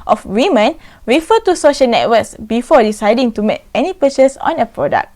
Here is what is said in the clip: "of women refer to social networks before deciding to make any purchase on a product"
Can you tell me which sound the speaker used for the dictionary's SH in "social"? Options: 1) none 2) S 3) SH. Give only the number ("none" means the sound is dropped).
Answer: 3